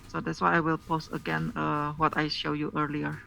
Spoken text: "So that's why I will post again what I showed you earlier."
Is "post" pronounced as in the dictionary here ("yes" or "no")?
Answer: yes